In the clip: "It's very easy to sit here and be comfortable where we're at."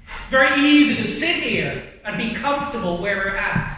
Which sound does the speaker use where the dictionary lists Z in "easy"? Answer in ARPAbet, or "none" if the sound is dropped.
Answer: Z